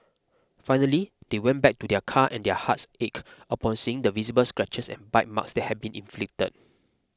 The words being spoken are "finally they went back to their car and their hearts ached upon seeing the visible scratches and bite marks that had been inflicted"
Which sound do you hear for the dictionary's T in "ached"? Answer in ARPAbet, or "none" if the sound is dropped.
none